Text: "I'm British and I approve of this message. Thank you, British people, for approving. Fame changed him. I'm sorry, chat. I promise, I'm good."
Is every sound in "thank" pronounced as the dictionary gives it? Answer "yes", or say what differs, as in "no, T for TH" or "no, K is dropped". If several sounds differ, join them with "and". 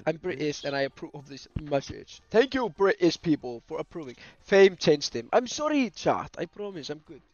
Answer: yes